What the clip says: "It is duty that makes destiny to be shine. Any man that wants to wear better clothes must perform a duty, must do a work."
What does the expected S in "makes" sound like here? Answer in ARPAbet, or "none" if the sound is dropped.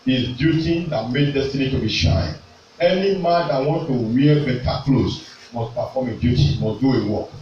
none